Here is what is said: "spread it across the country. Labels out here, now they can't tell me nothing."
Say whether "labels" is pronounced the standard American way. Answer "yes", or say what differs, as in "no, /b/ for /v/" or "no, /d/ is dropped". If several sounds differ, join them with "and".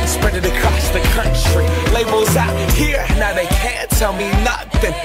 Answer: yes